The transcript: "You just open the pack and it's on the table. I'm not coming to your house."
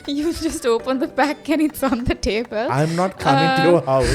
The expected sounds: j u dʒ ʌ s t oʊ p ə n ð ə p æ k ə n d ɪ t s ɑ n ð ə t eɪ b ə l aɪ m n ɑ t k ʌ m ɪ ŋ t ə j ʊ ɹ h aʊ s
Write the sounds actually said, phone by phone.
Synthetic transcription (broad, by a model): j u dʒ ʌ s t oʊ p ə n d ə b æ k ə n ɪ t s ɑ n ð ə t eɪ b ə l aɪ m n ɑ t k ʌ m ɪ ŋ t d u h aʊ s